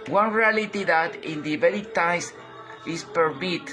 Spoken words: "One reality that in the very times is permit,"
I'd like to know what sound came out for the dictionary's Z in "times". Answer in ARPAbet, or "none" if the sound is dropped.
S